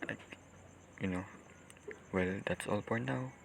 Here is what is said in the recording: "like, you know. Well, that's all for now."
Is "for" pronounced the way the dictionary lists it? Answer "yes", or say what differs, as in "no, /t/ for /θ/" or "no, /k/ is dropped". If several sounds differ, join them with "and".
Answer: no, /p/ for /f/